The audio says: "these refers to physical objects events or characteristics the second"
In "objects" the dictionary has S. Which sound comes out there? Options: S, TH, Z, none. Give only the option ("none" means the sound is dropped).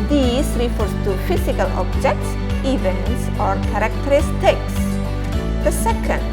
S